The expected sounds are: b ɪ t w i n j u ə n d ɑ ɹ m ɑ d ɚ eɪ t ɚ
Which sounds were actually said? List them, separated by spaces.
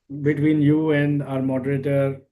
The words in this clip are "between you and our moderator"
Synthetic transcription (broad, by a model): b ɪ t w i n j u ə n d ɑ ɹ m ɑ d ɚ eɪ t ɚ